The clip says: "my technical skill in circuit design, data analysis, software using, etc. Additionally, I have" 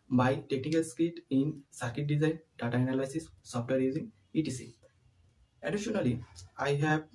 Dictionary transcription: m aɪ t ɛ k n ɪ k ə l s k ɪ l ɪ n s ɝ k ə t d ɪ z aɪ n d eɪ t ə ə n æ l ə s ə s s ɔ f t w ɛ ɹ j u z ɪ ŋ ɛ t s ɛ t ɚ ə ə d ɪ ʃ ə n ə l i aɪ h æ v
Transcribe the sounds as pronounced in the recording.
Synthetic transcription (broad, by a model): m aɪ t ɛ k n ɪ k ə l s k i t ɪ n s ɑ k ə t d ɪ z aɪ n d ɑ t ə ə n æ l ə s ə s s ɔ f t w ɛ ɹ j u z ɪ ŋ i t i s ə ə d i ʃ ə n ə l i aɪ h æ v